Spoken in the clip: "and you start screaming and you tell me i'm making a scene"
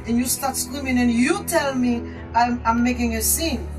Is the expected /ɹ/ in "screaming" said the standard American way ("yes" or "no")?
no